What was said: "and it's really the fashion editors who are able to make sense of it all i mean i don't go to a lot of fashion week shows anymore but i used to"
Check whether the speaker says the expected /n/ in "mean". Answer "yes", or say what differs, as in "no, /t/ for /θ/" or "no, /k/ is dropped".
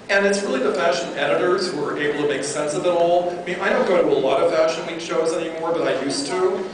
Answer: no, /n/ is dropped